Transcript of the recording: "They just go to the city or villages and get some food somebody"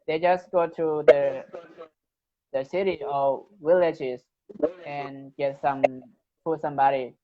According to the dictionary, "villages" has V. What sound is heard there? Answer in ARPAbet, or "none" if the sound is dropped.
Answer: W